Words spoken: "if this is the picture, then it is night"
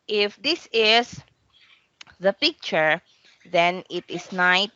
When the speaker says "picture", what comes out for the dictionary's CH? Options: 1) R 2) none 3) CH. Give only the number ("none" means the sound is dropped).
3